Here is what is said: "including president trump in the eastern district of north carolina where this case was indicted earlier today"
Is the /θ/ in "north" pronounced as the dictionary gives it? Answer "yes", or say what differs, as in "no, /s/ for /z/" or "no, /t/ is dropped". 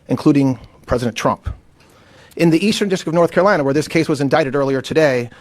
yes